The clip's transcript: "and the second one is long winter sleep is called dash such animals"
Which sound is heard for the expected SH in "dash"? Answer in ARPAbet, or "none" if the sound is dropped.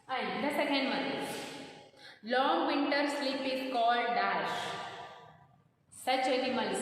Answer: SH